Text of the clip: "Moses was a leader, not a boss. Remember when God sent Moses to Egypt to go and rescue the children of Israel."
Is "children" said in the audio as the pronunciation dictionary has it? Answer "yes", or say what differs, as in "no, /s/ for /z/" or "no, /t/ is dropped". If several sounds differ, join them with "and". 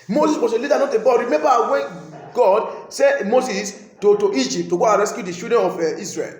no, /ʃ/ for /tʃ/ and /l/ is dropped